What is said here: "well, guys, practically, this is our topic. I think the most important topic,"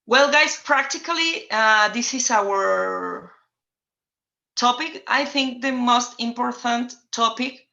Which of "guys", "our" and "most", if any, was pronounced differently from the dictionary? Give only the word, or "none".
guys